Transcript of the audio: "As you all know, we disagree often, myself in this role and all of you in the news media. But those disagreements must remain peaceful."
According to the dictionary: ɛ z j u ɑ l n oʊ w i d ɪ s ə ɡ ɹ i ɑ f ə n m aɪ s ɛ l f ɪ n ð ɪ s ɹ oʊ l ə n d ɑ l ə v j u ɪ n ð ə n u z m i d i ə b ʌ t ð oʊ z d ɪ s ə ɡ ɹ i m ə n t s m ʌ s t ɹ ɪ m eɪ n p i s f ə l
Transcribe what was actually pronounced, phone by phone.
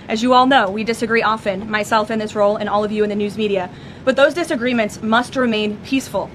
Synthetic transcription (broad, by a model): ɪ z j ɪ ɑ l n oʊ w i d ɪ s ə ɡ ɹ i ɑ f ə n m aɪ s ɛ l f ɪ n ð ɪ s ɹ oʊ l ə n ɑ l ə v j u ɪ n ð ə n u z m i d i ə b ʌ t ð oʊ z d ɪ s ə ɡ ɹ i m ə n t s m ʌ s t ɹ ɪ m eɪ n p i s f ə l